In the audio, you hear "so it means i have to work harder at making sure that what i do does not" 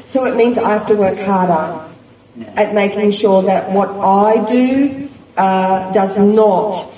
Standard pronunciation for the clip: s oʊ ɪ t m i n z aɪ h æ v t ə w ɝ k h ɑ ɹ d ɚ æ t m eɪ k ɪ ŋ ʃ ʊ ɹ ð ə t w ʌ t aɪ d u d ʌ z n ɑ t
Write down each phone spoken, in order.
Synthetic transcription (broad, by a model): s oʊ ɪ t m i n z aɪ h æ f t ə w ɝ k h ɑ ɹ d ɚ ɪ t m eɪ k ɪ ŋ ʃ ʊ ɹ ð ə t w ʌ t aɪ d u d ʌ z n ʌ t